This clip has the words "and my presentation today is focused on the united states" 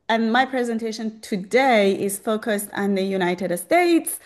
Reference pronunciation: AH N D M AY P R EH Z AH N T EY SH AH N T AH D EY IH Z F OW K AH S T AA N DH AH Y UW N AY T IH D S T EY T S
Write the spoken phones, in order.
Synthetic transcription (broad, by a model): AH N M AY P R EH Z AH N T EY SH AH N T AH D EY IH Z F OW K AH S T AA N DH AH Y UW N AY T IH D S T EY T S